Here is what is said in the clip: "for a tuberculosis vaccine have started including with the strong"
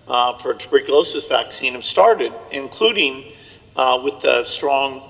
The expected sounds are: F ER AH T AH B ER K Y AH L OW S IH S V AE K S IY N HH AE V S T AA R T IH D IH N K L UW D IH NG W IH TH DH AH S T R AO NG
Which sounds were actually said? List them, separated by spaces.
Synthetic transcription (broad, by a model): F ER AH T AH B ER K Y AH L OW S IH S V AE K S IY N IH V S T AA R T IH D IH N K L UW D IH NG W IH DH AH S T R AO NG